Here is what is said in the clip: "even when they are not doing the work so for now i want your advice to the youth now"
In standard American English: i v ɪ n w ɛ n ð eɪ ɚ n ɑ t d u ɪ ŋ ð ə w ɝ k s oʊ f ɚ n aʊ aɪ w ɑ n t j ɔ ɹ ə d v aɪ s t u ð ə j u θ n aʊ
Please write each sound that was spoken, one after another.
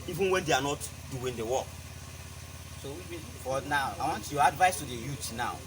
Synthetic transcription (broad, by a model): i v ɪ n w ɛ n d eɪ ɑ n ɑ t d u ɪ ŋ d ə w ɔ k s oʊ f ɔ n aʊ aɪ w ɑ n t j ɔ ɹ ə d v aɪ s t u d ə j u t n aʊ